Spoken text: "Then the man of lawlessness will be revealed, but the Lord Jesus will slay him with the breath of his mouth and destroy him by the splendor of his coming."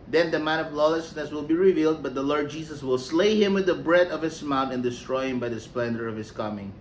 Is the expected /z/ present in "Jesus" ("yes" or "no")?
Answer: no